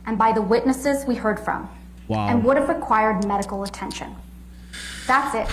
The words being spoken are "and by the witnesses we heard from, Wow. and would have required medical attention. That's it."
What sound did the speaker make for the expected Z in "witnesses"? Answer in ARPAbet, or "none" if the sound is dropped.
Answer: Z